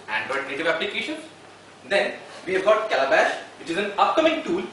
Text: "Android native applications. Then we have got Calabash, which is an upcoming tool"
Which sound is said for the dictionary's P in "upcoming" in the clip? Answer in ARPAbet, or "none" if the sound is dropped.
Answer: P